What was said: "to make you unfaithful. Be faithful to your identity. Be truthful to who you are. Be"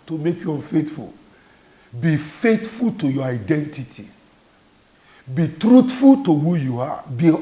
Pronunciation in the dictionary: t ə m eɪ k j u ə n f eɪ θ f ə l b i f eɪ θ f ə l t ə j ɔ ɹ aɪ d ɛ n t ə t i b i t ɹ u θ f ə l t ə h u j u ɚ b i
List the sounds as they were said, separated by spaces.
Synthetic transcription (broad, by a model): t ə m eɪ k j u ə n f eɪ t f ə l b i f eɪ t f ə l t ə j ɔ aɪ d ɛ n t ə t i b i t ɹ u t f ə l t ə h u j u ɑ b i